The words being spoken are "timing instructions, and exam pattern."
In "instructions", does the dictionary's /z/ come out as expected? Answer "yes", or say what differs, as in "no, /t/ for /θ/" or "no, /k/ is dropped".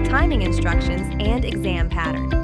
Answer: yes